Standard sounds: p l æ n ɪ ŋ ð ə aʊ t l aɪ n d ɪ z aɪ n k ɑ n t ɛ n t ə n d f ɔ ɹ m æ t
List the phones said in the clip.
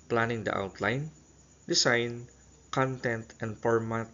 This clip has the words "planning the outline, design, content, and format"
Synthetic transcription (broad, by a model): p l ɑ n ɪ ŋ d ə aʊ t l aɪ n d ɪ s aɪ n k ɑ n t ɛ n t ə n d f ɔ ɹ m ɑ t